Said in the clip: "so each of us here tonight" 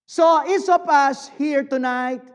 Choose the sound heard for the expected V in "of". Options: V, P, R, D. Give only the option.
P